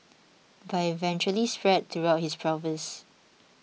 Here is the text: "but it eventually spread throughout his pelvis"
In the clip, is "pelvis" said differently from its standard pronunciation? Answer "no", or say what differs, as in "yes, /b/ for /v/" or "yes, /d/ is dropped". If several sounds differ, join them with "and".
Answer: yes, /l/ is dropped